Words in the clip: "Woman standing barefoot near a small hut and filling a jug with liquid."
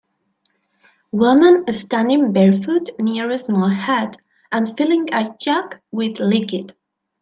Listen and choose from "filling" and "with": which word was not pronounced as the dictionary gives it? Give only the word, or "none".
none